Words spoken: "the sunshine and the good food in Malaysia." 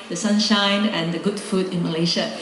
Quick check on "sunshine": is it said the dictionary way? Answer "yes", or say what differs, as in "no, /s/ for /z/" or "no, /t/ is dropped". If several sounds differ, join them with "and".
yes